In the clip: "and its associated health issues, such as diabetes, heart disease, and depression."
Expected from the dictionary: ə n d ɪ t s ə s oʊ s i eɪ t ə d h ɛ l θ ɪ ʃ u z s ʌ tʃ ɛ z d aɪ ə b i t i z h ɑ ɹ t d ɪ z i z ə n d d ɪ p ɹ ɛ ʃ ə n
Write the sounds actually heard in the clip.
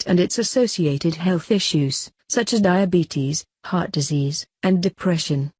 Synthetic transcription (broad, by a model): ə n ɪ t s ə s oʊ s i eɪ t ə d h ɛ l θ ɪ ʃ u z s ʌ tʃ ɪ z d aɪ ə b i t i z h ɑ ɹ t d ɪ z i z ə n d d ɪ p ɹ ɛ ʃ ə n